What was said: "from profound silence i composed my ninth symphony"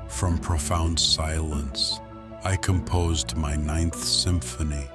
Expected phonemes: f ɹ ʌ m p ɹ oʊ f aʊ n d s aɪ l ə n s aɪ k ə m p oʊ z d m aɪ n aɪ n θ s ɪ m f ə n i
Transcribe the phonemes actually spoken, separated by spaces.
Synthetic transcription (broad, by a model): f ɹ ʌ m p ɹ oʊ f aʊ n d s aɪ l ə n s aɪ k ə m p oʊ z d m aɪ n aɪ n θ s ɪ m f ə n i